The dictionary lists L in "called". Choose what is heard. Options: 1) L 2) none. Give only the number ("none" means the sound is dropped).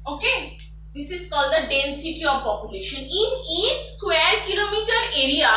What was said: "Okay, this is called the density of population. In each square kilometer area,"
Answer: 1